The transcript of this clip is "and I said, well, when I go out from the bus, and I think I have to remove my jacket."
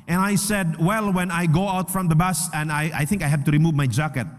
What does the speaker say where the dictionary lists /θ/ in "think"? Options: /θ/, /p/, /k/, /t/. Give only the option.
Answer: /θ/